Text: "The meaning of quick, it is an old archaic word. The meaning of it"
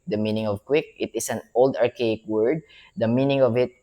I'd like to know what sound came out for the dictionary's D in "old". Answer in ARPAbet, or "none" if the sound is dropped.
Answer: D